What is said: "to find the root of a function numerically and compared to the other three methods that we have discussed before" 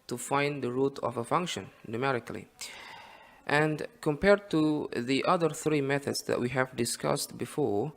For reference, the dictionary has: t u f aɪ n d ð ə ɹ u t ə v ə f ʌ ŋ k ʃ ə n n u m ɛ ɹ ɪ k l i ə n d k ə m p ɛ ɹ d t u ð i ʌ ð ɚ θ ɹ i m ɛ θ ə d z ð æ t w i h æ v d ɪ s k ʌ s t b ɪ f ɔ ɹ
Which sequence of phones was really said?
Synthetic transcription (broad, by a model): t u f aɪ n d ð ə ɹ u t ə v ə f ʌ ŋ k ʃ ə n n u m ɛ ɹ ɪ k l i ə n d k ə m p ɛ ɹ d t u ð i ʌ ð ɚ θ ɹ i m ɛ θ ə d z ð æ t w i h æ v d ɪ s k ʌ s t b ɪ f ɔ ɹ